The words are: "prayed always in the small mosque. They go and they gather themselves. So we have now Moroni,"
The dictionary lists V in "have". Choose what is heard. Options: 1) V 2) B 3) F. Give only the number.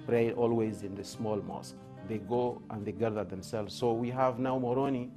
1